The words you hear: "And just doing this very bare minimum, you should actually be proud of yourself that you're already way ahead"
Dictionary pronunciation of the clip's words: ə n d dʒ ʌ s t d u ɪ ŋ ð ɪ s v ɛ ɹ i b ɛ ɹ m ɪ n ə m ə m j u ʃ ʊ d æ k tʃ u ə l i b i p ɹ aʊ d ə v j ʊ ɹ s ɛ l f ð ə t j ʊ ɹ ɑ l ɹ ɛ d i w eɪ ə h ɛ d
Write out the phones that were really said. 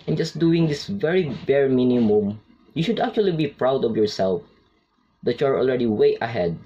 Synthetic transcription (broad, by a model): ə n dʒ ʌ s t d u ɪ ŋ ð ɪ s v ɛ ɹ i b ɛ ɹ m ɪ n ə m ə m j u ʃ ʊ d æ k tʃ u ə l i b i p ɹ aʊ d ə v j ʊ ɹ s ɛ l f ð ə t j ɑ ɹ ɑ l ɹ ɛ d i w eɪ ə h ɛ d